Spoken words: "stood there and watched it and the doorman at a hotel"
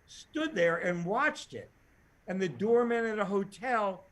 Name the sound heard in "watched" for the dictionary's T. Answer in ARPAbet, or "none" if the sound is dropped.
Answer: T